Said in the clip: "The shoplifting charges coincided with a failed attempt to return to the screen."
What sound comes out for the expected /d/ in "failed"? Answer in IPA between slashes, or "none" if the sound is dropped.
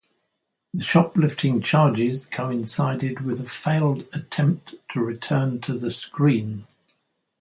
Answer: /d/